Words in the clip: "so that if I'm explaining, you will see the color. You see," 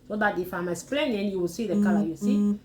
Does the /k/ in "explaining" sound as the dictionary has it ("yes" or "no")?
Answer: no